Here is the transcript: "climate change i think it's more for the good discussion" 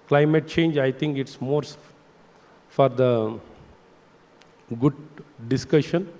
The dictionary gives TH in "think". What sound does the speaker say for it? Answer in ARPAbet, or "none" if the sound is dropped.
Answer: T